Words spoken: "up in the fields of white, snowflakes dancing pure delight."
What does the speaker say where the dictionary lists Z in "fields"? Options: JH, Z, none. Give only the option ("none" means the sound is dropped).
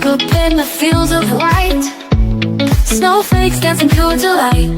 Z